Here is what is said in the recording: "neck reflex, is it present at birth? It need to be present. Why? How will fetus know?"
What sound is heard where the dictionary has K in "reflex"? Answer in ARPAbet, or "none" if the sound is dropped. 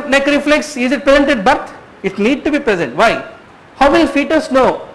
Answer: K